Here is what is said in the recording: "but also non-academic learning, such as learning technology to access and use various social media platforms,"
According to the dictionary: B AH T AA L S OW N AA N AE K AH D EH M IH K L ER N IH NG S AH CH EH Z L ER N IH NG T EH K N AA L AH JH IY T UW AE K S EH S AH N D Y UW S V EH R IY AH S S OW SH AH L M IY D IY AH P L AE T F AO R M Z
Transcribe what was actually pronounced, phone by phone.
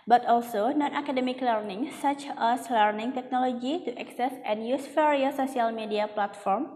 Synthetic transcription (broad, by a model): B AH T AA L S OW N AA N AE K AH D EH M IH K L ER N IH NG S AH CH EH S L ER N IH NG T EH K N AA L AH JH IY T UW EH K S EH S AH N Y UW S F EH R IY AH S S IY AH L M IY D IY AH P L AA T F AO R M